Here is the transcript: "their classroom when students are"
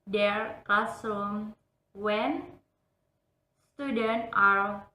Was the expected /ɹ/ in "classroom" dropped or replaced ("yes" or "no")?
yes